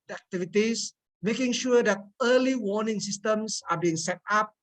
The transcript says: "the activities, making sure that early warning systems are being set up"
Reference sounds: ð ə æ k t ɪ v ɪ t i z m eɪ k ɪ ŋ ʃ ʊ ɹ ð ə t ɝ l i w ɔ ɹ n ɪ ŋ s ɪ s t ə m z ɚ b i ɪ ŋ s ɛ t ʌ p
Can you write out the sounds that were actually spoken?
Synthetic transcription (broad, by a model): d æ k t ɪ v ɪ t i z m eɪ k ɪ ŋ ʃ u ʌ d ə t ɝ l i w ɔ n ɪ ŋ s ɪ s t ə m s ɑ b i ɪ ŋ s ɛ t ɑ p